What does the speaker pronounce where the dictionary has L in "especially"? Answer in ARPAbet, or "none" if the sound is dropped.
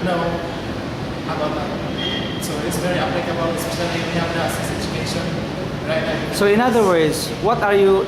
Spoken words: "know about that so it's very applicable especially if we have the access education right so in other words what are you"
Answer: N